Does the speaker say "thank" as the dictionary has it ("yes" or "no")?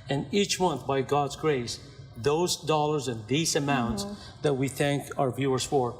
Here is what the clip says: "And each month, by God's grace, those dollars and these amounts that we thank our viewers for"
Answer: yes